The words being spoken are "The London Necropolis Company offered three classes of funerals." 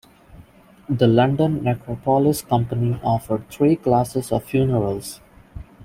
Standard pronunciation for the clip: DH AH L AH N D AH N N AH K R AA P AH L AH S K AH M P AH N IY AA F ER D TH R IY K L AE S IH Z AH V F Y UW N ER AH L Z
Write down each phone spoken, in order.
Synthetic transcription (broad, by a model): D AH L AH N D AH N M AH K R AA P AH L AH S K AH M P AH N IY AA F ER D T R IY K L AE S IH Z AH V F Y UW N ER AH L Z